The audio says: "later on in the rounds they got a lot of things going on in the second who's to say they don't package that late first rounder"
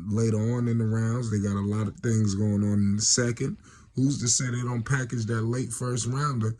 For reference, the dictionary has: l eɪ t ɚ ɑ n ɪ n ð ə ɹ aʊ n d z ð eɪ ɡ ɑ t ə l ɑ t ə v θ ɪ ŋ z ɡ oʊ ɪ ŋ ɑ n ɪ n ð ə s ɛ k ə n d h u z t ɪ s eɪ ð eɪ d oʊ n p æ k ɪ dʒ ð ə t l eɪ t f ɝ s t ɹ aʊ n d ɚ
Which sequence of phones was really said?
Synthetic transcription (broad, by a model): l eɪ t ɚ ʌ n ɪ n ð ə ɹ aʊ n d z ð eɪ ɡ ɑ t ə l ɑ t ə v θ ɪ ŋ z ɡ oʊ ɪ ŋ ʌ n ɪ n ð ə s ɛ k ə n d h u z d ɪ s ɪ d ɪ d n p æ k ɪ dʒ ð ə t l eɪ t f ɝ s t ɹ aʊ n d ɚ